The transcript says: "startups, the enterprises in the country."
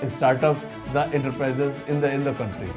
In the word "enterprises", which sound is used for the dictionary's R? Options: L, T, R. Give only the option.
R